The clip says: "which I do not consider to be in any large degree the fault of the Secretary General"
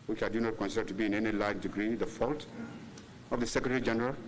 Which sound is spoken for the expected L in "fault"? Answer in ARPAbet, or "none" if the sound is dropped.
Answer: L